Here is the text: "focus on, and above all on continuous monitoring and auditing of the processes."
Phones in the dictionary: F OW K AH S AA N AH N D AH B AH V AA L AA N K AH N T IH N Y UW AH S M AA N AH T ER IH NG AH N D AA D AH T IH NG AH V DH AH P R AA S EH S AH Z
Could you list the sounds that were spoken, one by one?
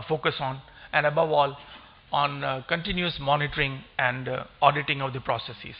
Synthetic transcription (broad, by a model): F OW K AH S AA N AH N D AH B AH V AA L AA N K AH N T IH N Y UW AH S M AA N AH T ER IH NG AH N D AA D AH T IH NG AH V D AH P R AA S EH S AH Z